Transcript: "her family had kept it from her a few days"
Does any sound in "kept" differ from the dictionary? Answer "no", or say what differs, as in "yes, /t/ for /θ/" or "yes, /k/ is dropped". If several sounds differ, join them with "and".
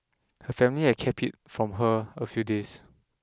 yes, /t/ is dropped